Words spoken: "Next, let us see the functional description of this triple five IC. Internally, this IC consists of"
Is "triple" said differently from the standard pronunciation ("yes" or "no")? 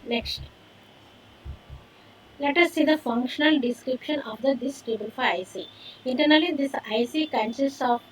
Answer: yes